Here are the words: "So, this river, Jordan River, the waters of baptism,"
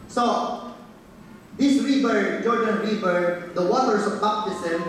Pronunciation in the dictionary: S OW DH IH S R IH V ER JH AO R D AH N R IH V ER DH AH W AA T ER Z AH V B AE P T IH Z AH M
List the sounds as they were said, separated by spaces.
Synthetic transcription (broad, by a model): S OW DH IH S R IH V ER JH AO R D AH N R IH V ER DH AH W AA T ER S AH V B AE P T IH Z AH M